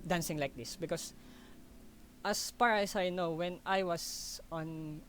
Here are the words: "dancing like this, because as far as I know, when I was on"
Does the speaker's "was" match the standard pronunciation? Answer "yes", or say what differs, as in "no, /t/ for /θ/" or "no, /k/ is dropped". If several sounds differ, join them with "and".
no, /s/ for /z/